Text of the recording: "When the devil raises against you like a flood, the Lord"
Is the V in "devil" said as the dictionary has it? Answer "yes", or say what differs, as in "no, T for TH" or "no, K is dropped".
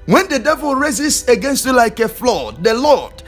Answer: yes